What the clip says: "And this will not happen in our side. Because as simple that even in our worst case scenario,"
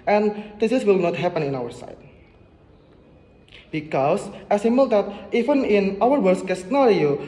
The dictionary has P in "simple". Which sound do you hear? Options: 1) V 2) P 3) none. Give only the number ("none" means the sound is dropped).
3